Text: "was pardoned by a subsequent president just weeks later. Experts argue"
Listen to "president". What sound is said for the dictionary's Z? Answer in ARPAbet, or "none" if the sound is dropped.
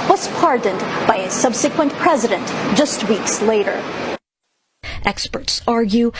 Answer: Z